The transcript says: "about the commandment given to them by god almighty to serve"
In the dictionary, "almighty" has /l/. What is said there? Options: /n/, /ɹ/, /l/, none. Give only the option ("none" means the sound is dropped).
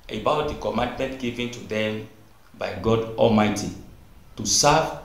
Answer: /l/